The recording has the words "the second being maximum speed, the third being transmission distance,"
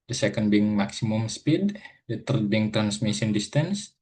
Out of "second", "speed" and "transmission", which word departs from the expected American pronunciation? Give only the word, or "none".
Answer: transmission